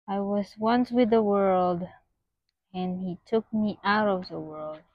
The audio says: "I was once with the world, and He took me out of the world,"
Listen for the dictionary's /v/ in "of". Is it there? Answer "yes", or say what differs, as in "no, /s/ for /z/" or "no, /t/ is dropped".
yes